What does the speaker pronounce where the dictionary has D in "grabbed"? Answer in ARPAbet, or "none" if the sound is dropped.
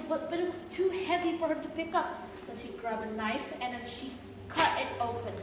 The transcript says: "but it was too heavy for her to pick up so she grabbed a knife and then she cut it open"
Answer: none